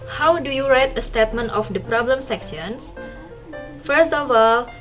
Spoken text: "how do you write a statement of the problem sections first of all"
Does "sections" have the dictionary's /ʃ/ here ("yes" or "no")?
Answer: no